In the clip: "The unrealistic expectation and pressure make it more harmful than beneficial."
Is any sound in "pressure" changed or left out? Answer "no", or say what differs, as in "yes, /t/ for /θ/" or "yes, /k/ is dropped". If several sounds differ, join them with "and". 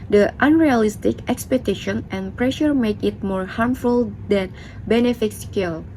no